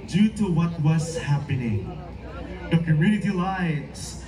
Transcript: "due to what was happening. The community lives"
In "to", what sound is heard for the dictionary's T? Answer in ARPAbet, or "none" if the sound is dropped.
T